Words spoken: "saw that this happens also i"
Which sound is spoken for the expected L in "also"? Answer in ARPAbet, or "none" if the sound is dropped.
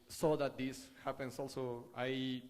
L